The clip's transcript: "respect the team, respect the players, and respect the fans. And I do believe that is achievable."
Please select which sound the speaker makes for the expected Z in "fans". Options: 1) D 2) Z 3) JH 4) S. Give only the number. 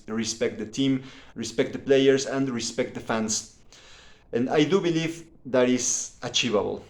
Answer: 4